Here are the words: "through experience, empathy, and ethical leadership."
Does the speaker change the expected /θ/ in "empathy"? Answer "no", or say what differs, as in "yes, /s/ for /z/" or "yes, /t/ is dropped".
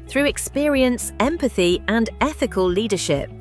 no